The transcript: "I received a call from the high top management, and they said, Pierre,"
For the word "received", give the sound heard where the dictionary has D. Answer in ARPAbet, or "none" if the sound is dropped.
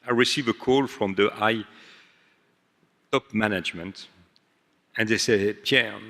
none